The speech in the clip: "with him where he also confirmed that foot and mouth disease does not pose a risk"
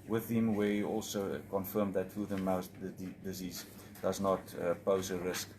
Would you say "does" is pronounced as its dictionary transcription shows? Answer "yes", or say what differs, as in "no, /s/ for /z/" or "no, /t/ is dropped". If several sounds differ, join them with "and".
yes